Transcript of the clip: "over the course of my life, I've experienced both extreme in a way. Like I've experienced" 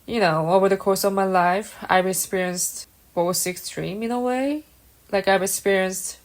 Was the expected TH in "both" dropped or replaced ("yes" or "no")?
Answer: yes